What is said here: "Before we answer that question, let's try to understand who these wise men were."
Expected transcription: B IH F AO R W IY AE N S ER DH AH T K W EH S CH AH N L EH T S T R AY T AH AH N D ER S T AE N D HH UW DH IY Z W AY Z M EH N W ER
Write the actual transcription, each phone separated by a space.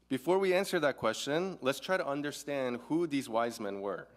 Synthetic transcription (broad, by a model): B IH F AO R W IY AE N S ER DH AH T K W EH S CH AH N L EH T S T R AY T AH AH N D ER S T AE N D HH UW DH IY Z W AY Z M EH N W ER